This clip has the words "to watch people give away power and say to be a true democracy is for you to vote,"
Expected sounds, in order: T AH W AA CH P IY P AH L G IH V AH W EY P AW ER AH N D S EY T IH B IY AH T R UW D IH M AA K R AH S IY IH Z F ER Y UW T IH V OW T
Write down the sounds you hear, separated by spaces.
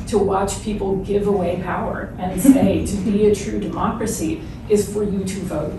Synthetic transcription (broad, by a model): T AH W AA CH P IY P L G IH V AH W EY P AW ER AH N S EY T IH B IY AH T R UW D IH M AA K R AH S IY IH Z F ER Y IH T IH V OW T